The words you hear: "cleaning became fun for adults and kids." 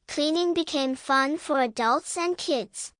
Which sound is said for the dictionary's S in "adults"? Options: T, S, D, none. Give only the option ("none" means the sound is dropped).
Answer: S